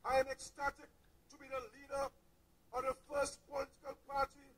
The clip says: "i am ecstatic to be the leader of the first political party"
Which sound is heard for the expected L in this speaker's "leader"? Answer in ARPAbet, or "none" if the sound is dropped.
L